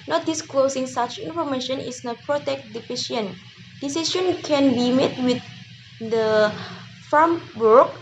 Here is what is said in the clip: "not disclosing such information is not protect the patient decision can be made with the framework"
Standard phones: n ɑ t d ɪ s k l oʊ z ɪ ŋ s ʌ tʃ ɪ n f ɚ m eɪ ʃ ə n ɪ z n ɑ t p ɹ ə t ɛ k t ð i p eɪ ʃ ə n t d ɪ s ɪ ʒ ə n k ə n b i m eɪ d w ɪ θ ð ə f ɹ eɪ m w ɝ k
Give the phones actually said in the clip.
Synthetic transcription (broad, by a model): n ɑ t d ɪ s k l oʊ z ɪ ŋ s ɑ tʃ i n f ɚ m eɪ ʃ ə n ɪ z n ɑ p ɹ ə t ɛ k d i f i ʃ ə n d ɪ s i ʃ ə n k ə n b i m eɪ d w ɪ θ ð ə f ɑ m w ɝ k